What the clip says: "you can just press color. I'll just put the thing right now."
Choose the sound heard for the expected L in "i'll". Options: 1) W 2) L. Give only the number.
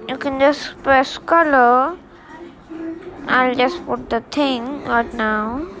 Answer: 2